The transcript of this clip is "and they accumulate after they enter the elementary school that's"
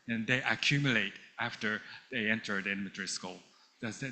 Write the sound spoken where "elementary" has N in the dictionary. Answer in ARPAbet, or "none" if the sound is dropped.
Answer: none